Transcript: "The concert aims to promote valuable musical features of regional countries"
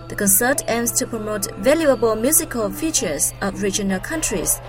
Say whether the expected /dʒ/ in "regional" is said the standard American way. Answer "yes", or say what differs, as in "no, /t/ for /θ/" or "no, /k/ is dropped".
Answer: yes